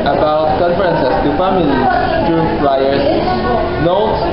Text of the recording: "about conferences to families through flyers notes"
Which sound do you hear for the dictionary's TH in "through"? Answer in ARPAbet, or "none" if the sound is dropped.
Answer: T